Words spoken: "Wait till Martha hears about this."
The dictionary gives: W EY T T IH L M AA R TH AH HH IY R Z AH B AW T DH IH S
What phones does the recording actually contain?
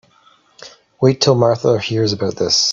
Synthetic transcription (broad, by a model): W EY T T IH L M AA R TH AH HH IY R Z AH B AW T DH IH S